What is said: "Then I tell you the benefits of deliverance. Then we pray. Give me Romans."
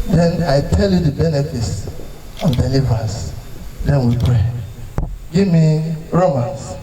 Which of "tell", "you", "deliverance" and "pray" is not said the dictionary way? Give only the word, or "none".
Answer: deliverance